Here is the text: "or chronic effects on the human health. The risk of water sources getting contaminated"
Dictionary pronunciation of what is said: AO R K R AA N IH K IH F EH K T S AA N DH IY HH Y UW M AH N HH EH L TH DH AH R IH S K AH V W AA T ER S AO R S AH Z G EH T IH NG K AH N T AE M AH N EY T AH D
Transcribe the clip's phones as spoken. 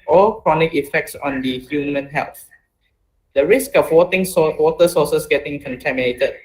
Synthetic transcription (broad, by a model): AO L K R AA N IH K IH F EH K T S AA N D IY HH Y UW M AH N HH EH L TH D AH R IH S K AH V W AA T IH S AO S S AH S G EH T IH NG K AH N T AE M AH N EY T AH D